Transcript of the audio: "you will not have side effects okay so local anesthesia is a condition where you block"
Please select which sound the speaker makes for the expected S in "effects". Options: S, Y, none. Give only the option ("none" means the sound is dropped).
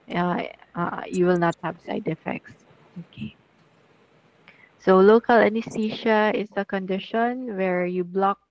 S